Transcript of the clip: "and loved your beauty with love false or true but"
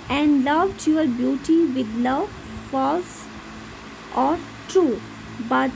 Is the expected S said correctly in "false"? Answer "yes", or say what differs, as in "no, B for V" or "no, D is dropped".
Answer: yes